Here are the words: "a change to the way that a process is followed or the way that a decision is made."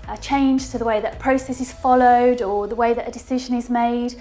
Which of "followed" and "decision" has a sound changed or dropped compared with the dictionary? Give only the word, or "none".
none